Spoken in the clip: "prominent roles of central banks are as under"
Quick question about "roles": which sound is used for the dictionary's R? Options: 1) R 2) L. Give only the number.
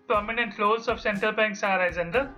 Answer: 2